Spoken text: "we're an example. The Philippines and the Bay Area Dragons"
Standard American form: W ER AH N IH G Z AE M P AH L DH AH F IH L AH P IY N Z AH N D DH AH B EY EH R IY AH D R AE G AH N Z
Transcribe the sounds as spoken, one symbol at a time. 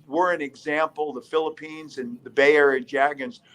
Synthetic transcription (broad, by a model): W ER AH N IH G Z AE M P L DH AH F IH L AH P IY N Z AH N DH AH B EY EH R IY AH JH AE G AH N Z